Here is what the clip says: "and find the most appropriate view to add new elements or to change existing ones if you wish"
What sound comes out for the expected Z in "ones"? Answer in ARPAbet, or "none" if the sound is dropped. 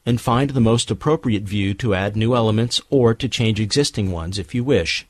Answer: Z